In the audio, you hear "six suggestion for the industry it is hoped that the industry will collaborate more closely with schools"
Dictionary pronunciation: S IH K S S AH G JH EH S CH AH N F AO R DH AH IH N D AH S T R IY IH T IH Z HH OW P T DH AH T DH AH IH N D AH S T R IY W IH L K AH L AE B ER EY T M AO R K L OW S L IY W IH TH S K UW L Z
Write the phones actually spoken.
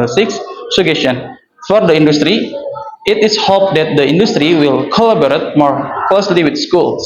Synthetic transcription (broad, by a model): S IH K S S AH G EH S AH N F AO R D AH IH N D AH S T R IY IH T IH S HH OW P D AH T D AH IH N D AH S T R IY W IH L K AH L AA B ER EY T M AO R K L OW S L IY W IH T S K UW L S